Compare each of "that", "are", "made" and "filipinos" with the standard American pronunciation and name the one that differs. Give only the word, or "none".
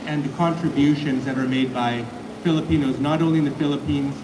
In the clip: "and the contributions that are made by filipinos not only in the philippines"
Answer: none